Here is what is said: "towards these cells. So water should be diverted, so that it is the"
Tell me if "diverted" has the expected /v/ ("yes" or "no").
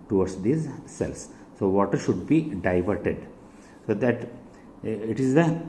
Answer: yes